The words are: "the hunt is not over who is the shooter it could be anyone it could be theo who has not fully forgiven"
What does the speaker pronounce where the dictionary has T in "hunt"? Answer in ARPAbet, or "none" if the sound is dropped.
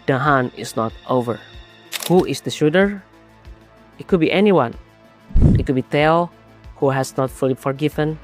none